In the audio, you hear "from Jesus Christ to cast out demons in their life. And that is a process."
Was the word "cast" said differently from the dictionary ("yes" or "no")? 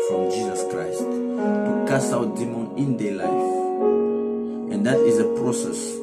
yes